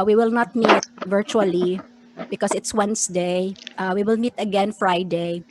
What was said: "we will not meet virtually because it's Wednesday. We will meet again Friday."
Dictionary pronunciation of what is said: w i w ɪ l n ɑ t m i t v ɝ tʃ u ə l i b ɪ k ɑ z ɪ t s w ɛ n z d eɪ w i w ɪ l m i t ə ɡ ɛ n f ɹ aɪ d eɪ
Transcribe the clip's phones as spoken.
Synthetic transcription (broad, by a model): w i w ɪ l n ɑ t m i t v ɝ tʃ u ə l i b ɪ k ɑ s ɪ t s w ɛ n s d eɪ w i w ɪ l m i t ə ɡ ɛ n f ɹ aɪ d eɪ